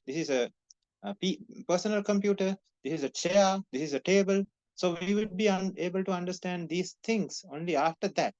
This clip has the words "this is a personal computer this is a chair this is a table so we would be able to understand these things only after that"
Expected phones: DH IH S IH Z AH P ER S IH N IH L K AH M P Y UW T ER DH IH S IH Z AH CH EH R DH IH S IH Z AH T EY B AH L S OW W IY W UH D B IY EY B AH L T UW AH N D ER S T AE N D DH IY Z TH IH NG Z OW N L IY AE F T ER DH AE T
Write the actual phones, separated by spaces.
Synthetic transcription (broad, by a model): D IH S IH Z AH P ER S IH N IH L K AH M P Y UW T ER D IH S IH Z AH CH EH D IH S IH Z AH T EY B AH L S OW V IY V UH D B IY EY B AH L T UW AH N D ER S T AE N D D IY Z T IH NG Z OW N L IY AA F T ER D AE T